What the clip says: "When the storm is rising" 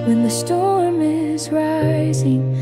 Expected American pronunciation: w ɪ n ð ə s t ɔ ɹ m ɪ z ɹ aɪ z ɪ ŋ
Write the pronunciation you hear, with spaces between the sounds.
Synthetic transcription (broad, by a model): w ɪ n ð ə s t ɔ ɹ m ɪ z ɹ aɪ z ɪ ŋ